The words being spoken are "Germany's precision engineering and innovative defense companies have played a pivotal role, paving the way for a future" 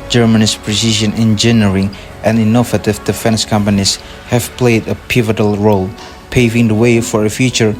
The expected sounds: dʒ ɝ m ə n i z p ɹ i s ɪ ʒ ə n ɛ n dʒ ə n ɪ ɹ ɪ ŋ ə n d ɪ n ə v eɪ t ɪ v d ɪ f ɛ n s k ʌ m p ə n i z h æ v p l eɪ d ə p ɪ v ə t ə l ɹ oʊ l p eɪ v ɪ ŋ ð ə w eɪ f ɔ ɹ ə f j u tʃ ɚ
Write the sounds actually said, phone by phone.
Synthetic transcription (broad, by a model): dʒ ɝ m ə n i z p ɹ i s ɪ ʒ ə n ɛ n dʒ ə n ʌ ɹ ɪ ŋ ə n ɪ n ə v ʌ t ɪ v d ɪ f ɛ n s k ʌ m p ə n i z h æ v p l eɪ d ə p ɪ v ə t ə l ɹ oʊ l p eɪ v ɪ ŋ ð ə w eɪ f ɔ ɹ ə f j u tʃ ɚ